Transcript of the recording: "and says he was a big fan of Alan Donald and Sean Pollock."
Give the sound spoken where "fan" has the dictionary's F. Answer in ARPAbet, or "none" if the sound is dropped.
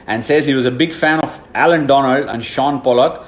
F